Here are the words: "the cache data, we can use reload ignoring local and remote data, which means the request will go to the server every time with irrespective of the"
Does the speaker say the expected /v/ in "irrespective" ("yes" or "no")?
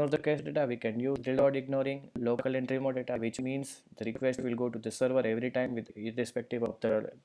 yes